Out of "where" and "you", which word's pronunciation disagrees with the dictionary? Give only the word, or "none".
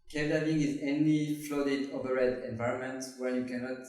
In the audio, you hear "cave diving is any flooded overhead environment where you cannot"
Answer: where